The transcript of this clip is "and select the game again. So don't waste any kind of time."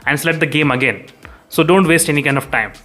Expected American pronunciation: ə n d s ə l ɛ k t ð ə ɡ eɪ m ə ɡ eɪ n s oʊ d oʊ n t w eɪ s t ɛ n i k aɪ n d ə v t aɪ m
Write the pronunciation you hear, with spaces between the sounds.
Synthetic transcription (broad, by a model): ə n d s l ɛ t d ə ɡ eɪ m ə ɡ eɪ n s oʊ d oʊ n t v eɪ s t ɛ n i k aɪ n d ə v t aɪ m